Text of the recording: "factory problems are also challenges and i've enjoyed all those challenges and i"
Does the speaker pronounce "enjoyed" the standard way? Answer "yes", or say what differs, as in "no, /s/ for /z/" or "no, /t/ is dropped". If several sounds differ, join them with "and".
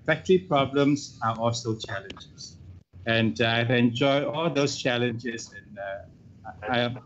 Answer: no, /d/ is dropped